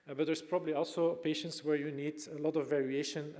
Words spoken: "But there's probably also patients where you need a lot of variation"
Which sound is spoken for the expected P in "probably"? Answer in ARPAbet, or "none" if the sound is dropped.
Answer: P